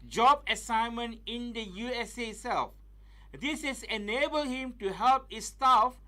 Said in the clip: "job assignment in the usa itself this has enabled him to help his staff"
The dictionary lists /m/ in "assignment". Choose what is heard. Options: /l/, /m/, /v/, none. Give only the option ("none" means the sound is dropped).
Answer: /m/